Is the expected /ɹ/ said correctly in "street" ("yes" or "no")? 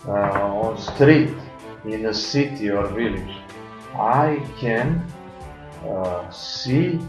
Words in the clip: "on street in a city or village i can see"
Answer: yes